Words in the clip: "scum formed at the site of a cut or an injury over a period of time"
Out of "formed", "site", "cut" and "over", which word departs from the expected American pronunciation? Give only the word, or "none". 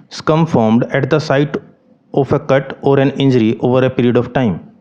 none